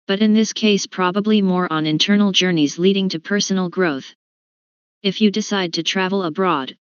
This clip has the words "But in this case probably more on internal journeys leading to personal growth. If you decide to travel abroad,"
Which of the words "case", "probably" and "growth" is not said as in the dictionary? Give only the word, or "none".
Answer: none